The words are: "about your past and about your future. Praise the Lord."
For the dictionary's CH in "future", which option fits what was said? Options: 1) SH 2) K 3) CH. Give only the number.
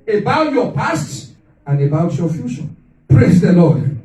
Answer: 1